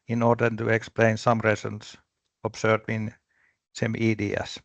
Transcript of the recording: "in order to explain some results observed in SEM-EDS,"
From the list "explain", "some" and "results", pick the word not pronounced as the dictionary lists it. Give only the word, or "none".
results